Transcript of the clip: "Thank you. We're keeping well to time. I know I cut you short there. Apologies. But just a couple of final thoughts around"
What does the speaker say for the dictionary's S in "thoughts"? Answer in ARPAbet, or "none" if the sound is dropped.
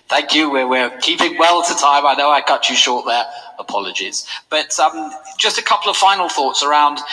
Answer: S